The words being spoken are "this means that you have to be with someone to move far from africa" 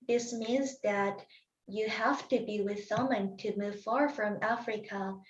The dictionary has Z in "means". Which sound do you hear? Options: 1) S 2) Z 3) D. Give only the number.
2